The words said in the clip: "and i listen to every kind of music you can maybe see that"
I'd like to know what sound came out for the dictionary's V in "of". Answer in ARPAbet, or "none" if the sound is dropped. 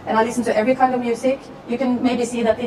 V